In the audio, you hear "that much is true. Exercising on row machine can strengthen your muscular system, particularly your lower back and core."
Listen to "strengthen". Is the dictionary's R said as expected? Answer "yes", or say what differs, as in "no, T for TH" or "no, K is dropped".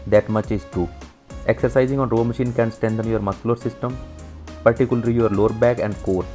no, R is dropped